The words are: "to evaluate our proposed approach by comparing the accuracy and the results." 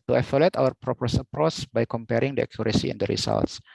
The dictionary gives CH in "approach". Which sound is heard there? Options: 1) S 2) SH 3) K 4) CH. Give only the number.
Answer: 1